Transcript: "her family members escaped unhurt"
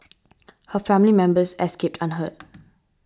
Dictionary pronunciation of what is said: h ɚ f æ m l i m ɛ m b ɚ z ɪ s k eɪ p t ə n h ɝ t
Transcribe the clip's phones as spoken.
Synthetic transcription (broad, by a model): h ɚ f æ m l i m ɛ m b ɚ s ɪ s k eɪ p t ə n h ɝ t